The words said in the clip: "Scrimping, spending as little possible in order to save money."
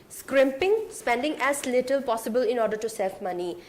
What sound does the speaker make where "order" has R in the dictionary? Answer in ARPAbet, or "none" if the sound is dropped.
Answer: R